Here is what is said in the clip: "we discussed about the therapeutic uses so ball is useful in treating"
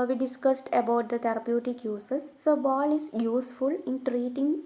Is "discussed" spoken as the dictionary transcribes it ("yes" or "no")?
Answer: yes